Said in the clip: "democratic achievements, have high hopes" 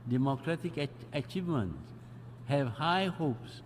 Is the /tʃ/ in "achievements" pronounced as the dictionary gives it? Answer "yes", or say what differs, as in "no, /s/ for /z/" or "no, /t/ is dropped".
yes